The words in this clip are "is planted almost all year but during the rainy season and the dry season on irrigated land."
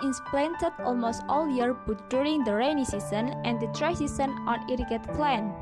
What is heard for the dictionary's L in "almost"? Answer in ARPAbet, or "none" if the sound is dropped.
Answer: L